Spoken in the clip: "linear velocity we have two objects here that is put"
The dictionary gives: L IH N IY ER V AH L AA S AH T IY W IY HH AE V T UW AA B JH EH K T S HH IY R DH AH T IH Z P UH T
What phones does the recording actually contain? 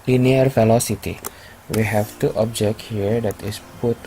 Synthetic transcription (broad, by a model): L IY N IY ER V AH L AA S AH T IY W IY HH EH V T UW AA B JH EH K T HH IY R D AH T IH S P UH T